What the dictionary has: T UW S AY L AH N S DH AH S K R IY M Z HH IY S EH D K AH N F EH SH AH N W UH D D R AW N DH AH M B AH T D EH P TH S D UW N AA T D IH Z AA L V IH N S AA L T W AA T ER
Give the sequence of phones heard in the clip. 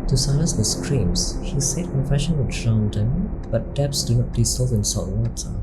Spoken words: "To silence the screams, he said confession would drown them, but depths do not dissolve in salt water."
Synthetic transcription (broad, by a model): T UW S AY L AH N S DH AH S K R IY M S HH IY S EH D K AH N F EH SH AH N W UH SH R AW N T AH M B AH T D EH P S D UW N AA T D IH S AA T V IH N S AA T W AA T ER